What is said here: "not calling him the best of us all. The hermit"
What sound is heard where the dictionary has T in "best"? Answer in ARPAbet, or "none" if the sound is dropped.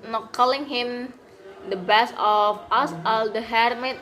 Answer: none